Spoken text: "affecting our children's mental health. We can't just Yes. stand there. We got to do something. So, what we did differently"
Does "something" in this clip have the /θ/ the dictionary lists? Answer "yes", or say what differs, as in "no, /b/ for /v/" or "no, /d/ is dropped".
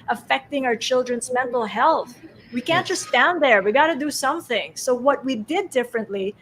yes